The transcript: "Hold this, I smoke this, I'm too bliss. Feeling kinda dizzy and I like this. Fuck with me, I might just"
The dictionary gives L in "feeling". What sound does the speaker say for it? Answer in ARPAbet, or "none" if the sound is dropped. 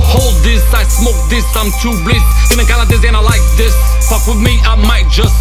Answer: N